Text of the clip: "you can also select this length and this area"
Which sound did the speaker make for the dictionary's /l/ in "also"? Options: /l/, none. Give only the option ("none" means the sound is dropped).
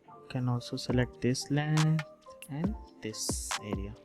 none